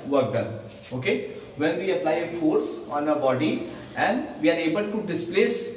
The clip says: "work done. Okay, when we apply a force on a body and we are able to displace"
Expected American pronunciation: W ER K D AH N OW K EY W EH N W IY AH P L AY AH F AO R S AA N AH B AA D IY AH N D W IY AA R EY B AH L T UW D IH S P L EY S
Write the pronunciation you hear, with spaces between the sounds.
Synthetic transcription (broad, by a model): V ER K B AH L OW K EY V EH N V IY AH P L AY AH F AO R S AA N AH B AA D IY AH N D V IY AA R EY B AH L T UW D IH S P L EY S